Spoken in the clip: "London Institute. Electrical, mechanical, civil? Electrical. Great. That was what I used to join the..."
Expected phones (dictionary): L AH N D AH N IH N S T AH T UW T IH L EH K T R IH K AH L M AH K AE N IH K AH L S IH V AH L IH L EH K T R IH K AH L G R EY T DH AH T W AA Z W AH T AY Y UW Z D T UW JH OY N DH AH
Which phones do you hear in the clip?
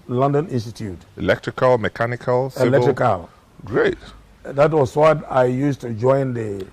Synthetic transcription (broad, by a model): L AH N D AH N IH N S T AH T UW T IH L EH K T R IH K AH L M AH K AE N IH K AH L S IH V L L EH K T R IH K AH L G R EY T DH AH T W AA S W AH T AY Y UW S T UW JH OY N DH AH